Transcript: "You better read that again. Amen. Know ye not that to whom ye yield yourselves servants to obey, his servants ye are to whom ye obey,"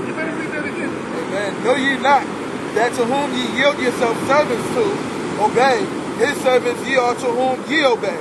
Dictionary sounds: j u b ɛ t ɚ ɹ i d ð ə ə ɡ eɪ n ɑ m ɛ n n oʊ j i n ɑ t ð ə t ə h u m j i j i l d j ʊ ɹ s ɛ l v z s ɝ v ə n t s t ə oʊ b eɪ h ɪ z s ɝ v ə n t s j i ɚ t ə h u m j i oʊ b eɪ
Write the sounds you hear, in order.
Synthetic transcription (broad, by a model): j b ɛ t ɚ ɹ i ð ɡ eɪ ɑ m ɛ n n oʊ j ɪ n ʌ t ð ə t ə h u m j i j i l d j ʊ ɹ s ɛ l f s ɝ v ə n t s t ə oʊ b eɪ h ɪ z s ɝ v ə n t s j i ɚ t ə h u m j i oʊ b eɪ